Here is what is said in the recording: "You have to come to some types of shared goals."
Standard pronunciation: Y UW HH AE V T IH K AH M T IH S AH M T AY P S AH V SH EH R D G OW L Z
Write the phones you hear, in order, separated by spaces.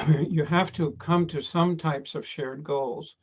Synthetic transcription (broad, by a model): Y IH HH AE F T IH K AH M T IH S AH M T AY P S AH V SH EH R D G OW L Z